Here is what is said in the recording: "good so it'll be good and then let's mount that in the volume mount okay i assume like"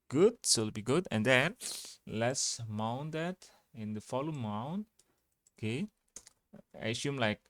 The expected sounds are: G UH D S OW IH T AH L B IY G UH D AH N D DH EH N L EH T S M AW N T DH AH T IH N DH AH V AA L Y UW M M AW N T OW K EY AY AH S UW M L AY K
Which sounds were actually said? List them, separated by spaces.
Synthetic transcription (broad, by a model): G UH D S OW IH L B IY G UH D AH N D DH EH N L EH T S M AW N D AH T IH N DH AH F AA L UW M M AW N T OW K EY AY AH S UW M L AY K